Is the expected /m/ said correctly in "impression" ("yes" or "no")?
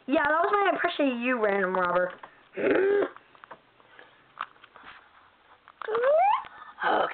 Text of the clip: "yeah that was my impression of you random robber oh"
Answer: no